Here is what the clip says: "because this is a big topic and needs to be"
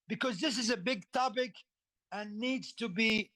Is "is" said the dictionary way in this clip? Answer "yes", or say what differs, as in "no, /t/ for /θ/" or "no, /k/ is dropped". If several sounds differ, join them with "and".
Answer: yes